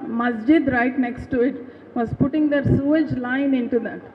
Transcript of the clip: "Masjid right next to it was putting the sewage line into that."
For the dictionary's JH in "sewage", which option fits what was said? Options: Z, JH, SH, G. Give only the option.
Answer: JH